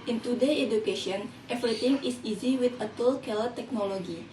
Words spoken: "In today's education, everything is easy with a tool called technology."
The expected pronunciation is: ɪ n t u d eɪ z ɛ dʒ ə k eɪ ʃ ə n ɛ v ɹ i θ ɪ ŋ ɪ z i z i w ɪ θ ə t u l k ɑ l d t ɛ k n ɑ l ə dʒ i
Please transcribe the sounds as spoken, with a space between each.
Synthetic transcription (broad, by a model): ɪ n t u d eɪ ɛ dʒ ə k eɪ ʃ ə n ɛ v ɹ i t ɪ ŋ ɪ s i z i w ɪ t ə t u l k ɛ l t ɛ k n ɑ l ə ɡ i